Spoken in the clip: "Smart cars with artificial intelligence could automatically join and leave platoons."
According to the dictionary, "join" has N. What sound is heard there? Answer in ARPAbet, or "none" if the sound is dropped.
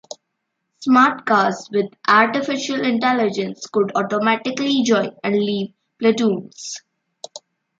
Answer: none